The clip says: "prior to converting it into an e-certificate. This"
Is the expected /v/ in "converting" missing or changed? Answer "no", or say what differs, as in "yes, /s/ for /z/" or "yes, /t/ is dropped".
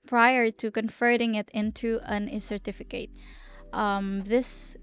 yes, /f/ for /v/